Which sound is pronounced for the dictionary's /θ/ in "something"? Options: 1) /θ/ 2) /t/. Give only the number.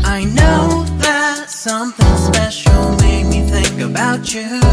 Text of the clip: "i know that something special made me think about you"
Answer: 1